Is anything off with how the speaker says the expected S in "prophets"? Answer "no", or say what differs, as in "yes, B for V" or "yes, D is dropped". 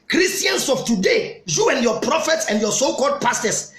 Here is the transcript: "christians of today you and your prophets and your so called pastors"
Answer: no